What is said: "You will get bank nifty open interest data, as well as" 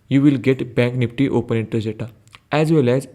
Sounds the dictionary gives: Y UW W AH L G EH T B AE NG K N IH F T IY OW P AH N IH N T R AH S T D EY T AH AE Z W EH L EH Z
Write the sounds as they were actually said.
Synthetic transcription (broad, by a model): Y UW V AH L G EH T B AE NG K N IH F T IY OW P AH N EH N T AH T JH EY T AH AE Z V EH L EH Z